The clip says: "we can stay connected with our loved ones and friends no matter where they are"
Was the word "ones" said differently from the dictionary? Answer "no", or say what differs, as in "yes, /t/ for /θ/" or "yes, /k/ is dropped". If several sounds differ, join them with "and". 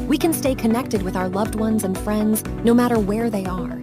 no